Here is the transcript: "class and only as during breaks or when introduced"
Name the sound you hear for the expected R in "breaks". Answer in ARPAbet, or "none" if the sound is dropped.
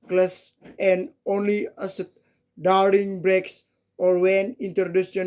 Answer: R